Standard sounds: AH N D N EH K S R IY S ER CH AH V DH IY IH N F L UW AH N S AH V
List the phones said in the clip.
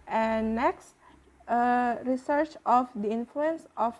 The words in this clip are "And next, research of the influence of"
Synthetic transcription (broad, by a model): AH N N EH K S R IY S ER CH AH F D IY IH N F L UW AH N S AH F